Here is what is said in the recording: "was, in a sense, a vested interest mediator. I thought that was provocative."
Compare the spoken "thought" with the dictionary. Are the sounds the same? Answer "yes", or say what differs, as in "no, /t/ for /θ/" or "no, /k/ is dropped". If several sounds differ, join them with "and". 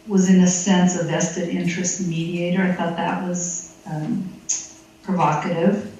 yes